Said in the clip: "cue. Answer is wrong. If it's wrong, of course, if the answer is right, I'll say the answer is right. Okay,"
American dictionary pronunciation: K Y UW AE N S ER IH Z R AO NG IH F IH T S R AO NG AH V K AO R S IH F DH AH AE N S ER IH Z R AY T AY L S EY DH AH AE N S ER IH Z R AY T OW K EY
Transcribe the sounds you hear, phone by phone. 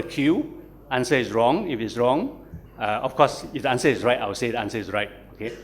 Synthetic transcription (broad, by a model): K Y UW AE N S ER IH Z R AO NG IH F IH T S R AO NG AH F K AO S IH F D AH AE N S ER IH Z R AY T AY W S EY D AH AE N S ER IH S R AY T OW K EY